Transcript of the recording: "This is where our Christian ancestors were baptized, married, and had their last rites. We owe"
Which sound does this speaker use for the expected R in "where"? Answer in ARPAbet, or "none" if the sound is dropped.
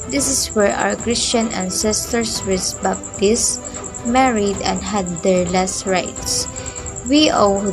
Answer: R